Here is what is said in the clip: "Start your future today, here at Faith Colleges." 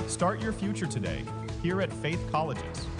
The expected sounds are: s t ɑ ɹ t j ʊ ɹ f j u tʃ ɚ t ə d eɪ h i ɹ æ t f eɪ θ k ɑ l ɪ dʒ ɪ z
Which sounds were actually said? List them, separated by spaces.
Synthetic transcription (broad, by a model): s t ɑ ɹ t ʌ ɹ f j u tʃ ɚ t ə d eɪ h i ɹ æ t f eɪ θ k ɑ l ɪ dʒ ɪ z